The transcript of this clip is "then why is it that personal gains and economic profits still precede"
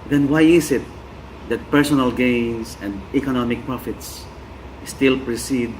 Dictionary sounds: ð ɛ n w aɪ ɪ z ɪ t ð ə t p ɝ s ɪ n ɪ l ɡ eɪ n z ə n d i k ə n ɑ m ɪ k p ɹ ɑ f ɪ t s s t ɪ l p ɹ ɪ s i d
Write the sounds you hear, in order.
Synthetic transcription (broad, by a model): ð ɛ n w aɪ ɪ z ɪ t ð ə t p ɝ s ɪ n ɪ l ɡ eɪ n s ə n d i k ə n ɑ m ɪ k p ɹ ɑ f ɪ t s s t ɪ l p ɹ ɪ s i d